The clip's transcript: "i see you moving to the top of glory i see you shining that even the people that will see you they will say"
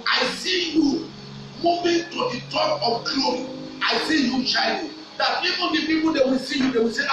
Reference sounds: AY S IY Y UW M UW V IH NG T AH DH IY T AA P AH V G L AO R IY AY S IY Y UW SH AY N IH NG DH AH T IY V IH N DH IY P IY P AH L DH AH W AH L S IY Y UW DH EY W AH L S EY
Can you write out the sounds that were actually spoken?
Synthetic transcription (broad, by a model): AY S IY Y UW M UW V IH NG T AH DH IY T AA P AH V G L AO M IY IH S IY Y UW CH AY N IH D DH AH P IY P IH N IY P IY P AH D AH W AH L S IY Y UW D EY W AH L S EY